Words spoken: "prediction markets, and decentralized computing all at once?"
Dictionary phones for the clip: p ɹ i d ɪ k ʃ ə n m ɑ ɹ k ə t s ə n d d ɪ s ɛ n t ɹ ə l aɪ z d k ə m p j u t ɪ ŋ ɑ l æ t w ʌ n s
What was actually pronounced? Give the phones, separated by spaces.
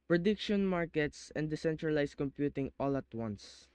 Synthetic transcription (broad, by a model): p ɹ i d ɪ k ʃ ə n m ɑ ɹ k ə t s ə n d d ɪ s ɛ n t ɹ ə l aɪ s k ə m p j u t ɪ ŋ ɑ l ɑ t w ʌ n s